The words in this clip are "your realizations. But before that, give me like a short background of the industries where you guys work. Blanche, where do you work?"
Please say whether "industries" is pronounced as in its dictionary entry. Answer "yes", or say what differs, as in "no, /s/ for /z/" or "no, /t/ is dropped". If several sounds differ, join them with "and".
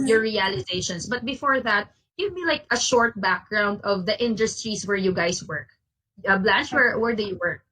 no, /s/ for /z/